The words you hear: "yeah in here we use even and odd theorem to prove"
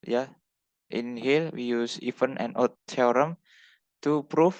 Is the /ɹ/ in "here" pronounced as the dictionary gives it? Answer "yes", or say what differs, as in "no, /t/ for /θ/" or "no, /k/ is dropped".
no, /l/ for /ɹ/